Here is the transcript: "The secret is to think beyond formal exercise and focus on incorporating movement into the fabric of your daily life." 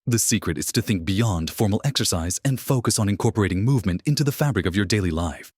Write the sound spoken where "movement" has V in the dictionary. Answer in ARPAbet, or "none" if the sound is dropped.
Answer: V